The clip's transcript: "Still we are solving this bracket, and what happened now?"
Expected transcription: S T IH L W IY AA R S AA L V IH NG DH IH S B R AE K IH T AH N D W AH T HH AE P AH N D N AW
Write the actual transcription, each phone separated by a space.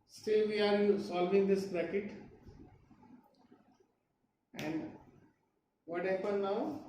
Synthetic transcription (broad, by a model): S T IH L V IY AA R S AA L V IH NG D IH S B R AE K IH T AH N D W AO T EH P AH D N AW